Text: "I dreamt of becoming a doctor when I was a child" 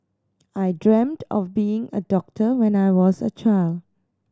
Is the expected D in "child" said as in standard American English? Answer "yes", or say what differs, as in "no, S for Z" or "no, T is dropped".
yes